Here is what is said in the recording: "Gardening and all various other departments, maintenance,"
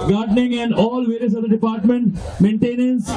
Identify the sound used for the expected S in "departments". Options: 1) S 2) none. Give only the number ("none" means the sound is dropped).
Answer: 2